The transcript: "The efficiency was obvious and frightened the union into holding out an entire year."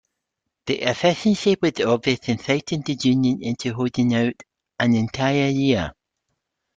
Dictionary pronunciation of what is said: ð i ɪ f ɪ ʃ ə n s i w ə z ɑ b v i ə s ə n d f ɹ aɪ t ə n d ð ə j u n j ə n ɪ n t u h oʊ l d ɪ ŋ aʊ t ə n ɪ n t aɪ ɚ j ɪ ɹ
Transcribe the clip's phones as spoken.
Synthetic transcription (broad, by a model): ð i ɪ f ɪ ʃ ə n ʃ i w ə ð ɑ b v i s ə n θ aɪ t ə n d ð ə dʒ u n j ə n ɪ n t u h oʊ d ɪ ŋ aʊ t ə n ɪ n t aɪ ɚ j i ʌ